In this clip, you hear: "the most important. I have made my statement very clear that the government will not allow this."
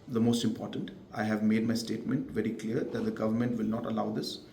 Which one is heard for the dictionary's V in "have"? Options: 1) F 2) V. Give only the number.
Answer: 2